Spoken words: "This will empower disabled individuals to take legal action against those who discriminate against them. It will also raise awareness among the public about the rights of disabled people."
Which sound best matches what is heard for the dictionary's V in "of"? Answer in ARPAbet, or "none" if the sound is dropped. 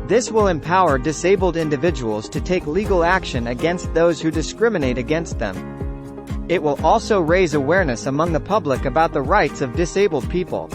V